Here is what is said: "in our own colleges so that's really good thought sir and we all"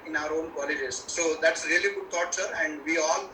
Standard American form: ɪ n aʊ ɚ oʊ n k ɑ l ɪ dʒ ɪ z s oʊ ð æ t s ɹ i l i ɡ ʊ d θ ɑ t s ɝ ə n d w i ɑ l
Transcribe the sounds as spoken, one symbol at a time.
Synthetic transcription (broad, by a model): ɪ n aʊ ɚ oʊ n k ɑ l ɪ dʒ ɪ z s oʊ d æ t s ɹ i l i ɡ ʊ d t ɑ t s ɝ ə n d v i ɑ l